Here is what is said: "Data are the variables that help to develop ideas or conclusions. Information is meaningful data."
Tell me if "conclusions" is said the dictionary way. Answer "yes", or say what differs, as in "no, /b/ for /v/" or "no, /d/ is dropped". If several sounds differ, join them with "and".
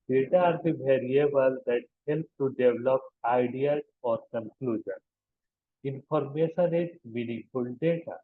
no, /z/ is dropped